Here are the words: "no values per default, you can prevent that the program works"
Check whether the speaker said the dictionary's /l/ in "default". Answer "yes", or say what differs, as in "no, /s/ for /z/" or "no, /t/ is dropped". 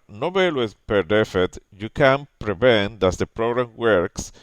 no, /l/ is dropped